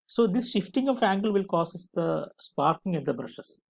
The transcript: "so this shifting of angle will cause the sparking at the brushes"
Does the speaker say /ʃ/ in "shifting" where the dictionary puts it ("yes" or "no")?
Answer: yes